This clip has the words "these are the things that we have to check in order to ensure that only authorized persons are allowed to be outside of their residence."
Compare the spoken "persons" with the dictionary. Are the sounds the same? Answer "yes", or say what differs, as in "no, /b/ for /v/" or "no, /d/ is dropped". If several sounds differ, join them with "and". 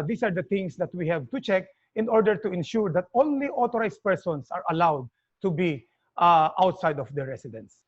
no, /s/ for /z/